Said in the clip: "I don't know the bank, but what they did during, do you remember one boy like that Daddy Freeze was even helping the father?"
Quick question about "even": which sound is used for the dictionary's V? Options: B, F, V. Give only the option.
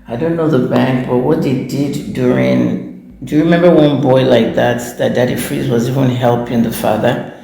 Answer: V